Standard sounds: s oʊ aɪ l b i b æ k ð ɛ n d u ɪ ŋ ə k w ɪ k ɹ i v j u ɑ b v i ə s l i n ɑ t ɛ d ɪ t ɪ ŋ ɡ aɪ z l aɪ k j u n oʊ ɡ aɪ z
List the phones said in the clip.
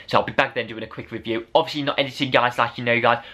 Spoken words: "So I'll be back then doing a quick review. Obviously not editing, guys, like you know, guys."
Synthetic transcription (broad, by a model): s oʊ aɪ l b i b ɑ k ð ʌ n d u ɪ ŋ ə k w ɪ k ɹ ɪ v j u ɑ b v i ə s l i n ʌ t ɛ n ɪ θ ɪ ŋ ɡ aɪ z l aɪ k j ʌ n oʊ ɡ aɪ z